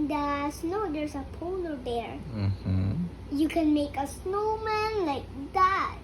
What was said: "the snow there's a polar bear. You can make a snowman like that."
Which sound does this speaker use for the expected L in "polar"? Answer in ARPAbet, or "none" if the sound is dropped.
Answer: N